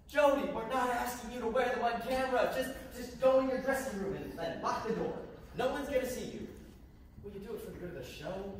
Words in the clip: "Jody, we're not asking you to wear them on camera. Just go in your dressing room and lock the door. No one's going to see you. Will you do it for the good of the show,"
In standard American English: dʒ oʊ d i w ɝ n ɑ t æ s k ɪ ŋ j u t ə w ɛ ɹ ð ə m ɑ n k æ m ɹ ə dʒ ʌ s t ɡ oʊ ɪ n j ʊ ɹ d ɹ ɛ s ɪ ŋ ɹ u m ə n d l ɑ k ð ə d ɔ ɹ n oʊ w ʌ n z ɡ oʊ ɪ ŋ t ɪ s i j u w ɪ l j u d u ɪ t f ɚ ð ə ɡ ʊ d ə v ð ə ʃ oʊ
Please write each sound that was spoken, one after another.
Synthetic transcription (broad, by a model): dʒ oʊ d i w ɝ n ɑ t æ s k ɪ ŋ j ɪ t ə w ɛ ɹ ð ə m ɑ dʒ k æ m ɹ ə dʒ ʌ s t ɡ oʊ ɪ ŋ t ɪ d ɹ ɛ s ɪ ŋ ɹ u m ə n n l ɑ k ð ə d ɔ ɹ n oʊ w ʌ n z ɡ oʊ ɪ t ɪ s i j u w ɪ l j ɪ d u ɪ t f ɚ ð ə ɡ ʊ d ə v ð ə ʃ oʊ